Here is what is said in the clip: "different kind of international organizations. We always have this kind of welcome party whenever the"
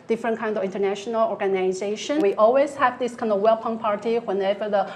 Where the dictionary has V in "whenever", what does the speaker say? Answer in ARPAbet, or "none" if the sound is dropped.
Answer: V